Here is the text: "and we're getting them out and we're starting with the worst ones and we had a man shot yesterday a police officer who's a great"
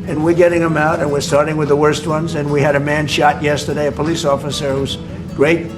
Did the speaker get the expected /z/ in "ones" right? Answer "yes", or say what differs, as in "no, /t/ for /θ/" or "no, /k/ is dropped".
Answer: yes